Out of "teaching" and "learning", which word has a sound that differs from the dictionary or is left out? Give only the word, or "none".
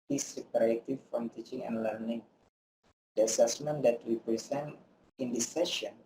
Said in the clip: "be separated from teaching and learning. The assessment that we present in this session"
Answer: none